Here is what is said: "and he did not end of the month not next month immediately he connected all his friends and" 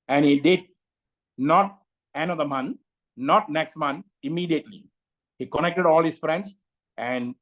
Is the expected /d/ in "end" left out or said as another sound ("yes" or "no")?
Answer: yes